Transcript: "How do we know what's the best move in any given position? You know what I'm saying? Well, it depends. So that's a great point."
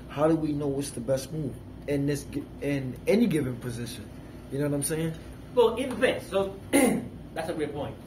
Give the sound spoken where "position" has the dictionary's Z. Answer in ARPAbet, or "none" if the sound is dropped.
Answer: Z